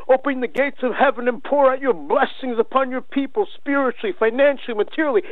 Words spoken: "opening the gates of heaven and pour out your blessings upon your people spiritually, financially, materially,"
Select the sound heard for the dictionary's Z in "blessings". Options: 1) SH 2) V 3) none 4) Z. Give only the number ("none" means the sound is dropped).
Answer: 4